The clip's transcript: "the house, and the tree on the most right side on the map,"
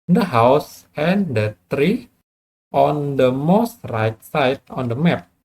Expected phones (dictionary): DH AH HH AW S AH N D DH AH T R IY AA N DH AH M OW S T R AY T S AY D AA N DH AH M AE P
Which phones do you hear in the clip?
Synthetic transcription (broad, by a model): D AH HH AW S AH N D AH T R IY AA N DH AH M OW S T R AY T S AY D AA N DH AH M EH P